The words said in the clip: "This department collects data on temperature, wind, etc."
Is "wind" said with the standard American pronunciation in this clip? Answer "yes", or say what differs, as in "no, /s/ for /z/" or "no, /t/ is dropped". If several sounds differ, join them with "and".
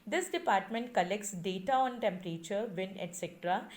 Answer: no, /d/ is dropped